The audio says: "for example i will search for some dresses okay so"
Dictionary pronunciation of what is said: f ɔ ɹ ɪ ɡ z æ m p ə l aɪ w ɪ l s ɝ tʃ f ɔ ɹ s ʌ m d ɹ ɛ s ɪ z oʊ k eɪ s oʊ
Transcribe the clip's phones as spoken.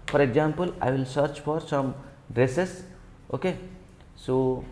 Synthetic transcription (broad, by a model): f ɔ ɹ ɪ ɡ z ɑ m p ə l aɪ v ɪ l s ɝ tʃ f ɔ ɹ s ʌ m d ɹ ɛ s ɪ s oʊ k eɪ s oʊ